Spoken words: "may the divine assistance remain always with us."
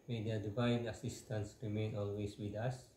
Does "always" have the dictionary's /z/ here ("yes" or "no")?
no